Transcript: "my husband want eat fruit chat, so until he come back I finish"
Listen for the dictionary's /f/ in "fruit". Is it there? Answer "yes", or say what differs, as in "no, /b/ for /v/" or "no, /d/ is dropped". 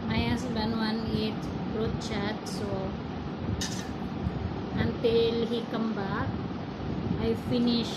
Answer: no, /p/ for /f/